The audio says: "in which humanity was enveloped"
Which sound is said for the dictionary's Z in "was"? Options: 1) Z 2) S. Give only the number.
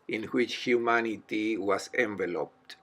2